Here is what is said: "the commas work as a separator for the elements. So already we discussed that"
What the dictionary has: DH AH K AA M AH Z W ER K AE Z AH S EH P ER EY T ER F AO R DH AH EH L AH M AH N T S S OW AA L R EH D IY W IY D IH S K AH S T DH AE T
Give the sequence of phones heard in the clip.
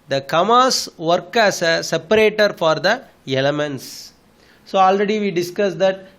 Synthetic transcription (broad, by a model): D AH K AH M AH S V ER K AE S AH S EH P ER EY T ER F AO R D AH EH L AH M AH N T S S OW AA L R EH D IY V IY D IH S K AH S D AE T